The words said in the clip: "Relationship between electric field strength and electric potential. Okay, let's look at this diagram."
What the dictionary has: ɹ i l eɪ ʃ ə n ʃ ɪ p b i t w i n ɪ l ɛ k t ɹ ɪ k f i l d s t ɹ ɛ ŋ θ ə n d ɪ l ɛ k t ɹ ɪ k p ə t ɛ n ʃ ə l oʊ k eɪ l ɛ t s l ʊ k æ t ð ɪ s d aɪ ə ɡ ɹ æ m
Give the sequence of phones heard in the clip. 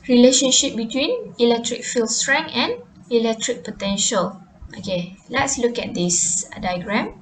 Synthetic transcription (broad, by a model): ɹ i l eɪ ʃ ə n ʃ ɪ p b i t w i n ɪ l ɛ k t ɹ ɪ k f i l s t ɹ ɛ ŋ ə n ɪ l ɛ k t ɹ ɪ k p ə t ɛ n ʃ ə l oʊ k eɪ l ɛ t s l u k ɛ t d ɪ s d aɪ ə ɡ ɹ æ m